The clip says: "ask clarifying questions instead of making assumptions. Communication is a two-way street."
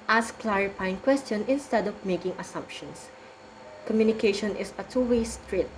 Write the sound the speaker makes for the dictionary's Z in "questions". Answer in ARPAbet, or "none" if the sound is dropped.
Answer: none